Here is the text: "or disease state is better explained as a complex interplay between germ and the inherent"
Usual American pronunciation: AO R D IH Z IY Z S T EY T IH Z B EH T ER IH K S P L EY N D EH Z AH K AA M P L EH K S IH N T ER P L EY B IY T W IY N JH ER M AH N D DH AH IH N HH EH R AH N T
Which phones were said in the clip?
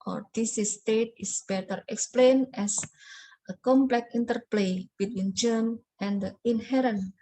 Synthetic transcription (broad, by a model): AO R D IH S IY S T EY T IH S B EH T ER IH K S P L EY N EH S AH K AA M P L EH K IY N T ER P L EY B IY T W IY N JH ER M AH N D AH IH N HH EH R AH N